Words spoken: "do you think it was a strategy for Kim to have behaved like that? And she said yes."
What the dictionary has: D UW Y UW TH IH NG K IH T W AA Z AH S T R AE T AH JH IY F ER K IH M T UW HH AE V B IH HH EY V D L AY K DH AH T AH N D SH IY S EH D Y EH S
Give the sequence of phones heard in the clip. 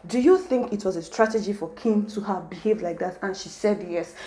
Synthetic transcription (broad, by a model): D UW Y UW TH IH NG K IH T W AA Z AH S T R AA T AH JH IY F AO K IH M T UW HH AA V B IH HH EY V D L AY K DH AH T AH N SH IY S EH D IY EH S